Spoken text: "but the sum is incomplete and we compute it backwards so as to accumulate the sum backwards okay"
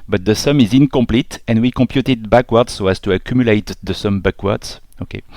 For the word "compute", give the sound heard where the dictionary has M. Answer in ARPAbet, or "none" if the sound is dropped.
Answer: M